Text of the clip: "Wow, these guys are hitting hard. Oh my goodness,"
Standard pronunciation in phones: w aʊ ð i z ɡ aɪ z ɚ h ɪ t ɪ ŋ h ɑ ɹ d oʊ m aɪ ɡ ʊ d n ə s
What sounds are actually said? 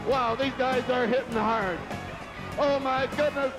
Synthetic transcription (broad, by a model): w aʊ ð i z ɡ aɪ z ɚ h ɪ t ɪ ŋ h ɑ ɹ d oʊ m aɪ ɡ ʊ d n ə s